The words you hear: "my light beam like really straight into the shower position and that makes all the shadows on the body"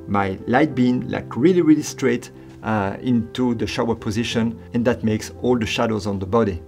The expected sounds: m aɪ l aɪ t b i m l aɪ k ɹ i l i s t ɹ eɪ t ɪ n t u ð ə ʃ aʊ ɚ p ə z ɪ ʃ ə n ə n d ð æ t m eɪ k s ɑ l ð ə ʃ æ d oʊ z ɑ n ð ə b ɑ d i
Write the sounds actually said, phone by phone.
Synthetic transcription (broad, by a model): m aɪ l aɪ t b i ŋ l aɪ k ɹ i l i s t ɹ eɪ t ɪ n t u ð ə ʃ aʊ ɚ p ə z ɪ ʃ ə n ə n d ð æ t m eɪ k s ɑ l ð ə ʃ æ d oʊ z ɑ n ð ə b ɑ d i